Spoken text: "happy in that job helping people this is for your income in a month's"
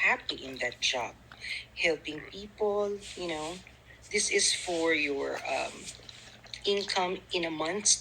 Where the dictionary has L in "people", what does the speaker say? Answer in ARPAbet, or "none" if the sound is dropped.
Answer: N